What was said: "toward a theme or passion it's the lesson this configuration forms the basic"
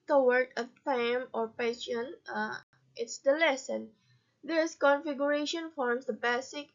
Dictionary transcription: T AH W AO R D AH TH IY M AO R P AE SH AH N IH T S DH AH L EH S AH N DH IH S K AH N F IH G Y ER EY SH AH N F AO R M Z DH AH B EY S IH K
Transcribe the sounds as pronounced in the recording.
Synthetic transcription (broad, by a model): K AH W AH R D AH F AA M AO R P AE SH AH N IH T S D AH L EH S AH N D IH S K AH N F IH G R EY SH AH N F AO R M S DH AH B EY S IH K